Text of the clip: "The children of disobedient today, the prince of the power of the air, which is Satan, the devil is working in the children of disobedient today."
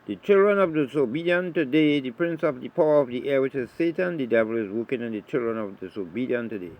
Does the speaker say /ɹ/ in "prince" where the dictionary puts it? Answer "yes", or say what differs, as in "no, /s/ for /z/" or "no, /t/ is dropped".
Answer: yes